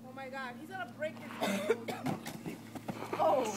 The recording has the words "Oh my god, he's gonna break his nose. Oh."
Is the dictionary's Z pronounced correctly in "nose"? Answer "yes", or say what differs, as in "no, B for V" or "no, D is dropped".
no, Z is dropped